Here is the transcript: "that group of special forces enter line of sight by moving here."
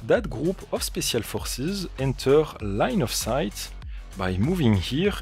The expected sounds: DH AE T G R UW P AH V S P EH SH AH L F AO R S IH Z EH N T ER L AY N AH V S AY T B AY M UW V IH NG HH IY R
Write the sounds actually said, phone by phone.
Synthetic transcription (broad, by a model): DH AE T G R UW P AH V S P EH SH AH L F AO R S IH Z EH N T ER L AY N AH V S AY T B AY M UW V IH NG HH IY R